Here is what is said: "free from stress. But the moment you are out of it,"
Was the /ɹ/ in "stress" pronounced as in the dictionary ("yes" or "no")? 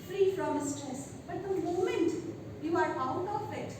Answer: no